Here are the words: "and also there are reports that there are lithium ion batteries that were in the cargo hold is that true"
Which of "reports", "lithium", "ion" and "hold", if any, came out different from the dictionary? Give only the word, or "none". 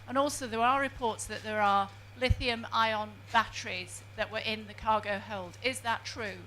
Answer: none